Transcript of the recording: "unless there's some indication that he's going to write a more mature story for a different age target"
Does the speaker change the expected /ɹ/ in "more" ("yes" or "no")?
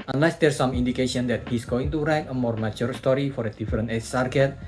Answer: no